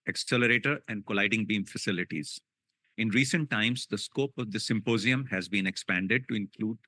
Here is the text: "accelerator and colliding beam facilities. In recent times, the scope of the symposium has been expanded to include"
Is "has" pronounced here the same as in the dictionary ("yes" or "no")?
yes